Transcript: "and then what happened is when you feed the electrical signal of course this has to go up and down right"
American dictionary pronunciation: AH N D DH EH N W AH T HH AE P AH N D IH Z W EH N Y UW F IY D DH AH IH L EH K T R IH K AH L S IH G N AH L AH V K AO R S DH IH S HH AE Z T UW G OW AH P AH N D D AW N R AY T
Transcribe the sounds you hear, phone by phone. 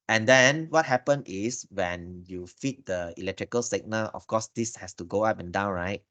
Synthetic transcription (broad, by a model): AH N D EH N W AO T HH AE P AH N IH S W EH N Y UW F IY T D AH IH L EH K T R IH K AH L S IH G N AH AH F K AO S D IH S HH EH S T UW G OW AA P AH N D D AW N R AY T